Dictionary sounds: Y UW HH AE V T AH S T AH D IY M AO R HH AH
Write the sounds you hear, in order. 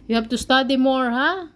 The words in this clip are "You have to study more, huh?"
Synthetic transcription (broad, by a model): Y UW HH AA B T AH S T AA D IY M AO R HH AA